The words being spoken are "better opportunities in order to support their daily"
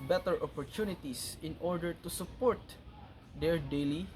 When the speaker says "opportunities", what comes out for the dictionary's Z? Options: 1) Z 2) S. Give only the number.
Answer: 2